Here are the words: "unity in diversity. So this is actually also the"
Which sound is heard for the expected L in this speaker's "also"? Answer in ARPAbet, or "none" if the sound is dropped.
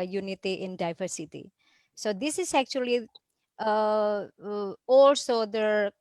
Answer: L